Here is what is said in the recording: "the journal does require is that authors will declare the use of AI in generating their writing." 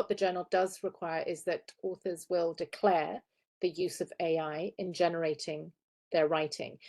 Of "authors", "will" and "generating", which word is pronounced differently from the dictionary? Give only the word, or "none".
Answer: none